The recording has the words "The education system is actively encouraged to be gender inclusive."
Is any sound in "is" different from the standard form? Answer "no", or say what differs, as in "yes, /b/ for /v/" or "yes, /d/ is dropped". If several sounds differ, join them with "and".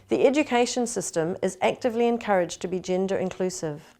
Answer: no